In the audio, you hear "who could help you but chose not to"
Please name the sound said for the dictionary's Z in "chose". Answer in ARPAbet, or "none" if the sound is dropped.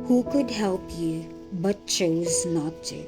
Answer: Z